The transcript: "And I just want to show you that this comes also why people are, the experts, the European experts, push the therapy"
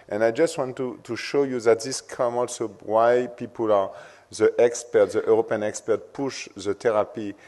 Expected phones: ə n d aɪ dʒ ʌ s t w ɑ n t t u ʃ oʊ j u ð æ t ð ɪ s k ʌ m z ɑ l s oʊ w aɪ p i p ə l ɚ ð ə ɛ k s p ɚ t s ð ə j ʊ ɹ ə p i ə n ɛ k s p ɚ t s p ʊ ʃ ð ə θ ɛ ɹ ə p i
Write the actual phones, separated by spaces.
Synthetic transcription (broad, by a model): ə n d aɪ dʒ ʌ s t w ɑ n t t u ʃ oʊ j u ð æ t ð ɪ s k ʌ m ɑ l s oʊ w aɪ p i p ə l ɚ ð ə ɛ k s p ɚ t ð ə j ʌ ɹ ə p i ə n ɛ k s p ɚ t p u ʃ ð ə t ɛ ɹ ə p i